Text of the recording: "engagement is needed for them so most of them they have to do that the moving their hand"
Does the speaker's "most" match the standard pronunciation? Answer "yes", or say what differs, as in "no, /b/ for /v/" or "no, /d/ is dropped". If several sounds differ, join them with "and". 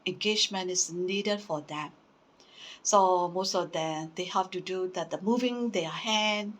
yes